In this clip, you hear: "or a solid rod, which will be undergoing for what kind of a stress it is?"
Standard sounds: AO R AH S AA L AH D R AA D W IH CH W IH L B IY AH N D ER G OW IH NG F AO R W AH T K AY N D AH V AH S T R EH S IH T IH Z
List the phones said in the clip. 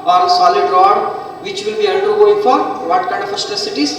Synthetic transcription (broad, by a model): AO R AH S AA L AH D R AA D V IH CH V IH L B IY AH L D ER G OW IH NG F AO R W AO T K AY N D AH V AH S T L S IH T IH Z